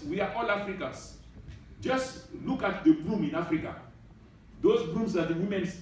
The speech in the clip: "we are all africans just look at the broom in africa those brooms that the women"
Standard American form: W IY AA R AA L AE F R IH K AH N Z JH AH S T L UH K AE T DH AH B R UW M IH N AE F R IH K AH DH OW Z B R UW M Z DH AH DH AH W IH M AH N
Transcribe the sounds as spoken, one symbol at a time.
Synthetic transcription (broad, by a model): W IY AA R AA L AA F R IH K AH N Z JH AH S T L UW K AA T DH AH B L UW M IH N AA F R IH K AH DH OW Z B L UW M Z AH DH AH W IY M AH N